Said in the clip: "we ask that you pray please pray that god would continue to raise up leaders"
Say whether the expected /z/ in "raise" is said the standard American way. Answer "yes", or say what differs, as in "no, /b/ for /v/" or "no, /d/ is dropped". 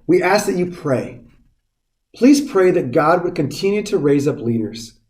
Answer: yes